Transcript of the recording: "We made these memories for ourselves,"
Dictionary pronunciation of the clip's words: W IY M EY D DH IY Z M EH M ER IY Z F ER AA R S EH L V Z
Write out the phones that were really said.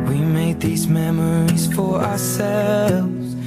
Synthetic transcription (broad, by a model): W IY M EY D DH IY Z M EH M ER IY Z F ER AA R S EH L V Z